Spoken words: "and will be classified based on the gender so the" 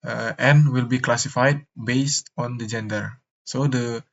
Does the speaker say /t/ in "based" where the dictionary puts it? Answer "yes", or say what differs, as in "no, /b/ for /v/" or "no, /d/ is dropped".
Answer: yes